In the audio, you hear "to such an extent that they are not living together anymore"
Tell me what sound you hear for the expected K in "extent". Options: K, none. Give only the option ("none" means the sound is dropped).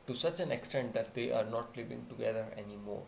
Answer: K